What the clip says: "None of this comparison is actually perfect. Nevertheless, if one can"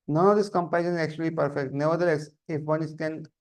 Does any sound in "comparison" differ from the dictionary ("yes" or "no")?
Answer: yes